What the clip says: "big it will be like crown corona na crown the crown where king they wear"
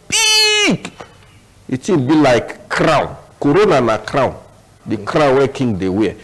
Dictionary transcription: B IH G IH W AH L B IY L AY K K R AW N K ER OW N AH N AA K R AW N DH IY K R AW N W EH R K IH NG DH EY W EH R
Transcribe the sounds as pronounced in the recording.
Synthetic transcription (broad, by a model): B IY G IH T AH N B IY L AY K K R AW N K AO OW N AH N AA K R AW N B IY K R AW N W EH K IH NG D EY W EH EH